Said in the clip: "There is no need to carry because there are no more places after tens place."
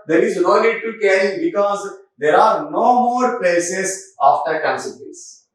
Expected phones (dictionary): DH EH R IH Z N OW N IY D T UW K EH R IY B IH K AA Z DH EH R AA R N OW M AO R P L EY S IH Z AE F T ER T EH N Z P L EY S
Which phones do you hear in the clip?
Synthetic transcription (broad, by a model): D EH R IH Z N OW L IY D T UW K EH R IY B IH K AA Z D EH R AA R N OW M AO R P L EY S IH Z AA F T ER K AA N S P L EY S